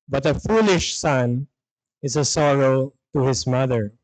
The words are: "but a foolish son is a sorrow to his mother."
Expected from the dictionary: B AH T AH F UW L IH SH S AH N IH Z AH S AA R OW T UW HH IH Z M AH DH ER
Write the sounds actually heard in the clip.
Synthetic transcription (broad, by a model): B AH T AH F UW L IH SH S AH N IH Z AH S AA R OW T UW HH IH S M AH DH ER